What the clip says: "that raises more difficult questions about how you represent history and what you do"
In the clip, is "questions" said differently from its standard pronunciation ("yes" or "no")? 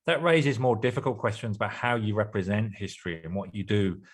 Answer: no